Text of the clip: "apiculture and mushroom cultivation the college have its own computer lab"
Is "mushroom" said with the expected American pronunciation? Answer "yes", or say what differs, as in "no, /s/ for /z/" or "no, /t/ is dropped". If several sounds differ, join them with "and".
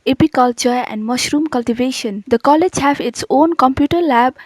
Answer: yes